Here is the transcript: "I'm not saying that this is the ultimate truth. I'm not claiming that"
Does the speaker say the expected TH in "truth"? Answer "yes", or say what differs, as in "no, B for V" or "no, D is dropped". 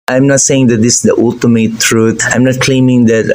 no, T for TH